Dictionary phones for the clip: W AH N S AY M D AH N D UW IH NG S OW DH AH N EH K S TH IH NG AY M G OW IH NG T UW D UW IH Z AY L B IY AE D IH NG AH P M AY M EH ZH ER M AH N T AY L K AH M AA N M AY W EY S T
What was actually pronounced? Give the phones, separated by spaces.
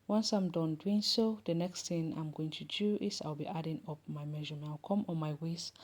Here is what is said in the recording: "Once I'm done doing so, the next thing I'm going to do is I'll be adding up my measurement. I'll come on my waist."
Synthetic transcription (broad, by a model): W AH N S AY M D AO N D UW IH NG S OW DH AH N EH K S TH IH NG AY M G OW IH NG T UW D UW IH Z AY L B IY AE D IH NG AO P M AY M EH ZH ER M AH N AY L K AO M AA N M AY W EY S